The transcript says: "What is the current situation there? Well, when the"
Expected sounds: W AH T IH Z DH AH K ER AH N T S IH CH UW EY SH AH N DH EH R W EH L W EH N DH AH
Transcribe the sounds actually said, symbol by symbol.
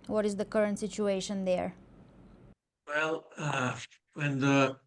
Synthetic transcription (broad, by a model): W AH T IH Z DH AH K ER AH N T S IH CH UW EY SH AH N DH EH R W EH L W EH N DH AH